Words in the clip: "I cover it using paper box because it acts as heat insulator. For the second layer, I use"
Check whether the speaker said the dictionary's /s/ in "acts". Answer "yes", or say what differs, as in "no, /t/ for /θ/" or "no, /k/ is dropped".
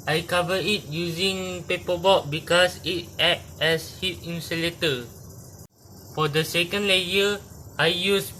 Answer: no, /s/ is dropped